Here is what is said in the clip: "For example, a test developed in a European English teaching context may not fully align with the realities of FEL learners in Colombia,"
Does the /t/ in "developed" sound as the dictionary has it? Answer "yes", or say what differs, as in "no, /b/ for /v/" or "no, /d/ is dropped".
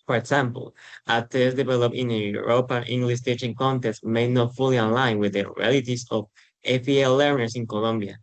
no, /t/ is dropped